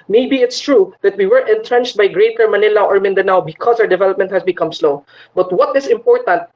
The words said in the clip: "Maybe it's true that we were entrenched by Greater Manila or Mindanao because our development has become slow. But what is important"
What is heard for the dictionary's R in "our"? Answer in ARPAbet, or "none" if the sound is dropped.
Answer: W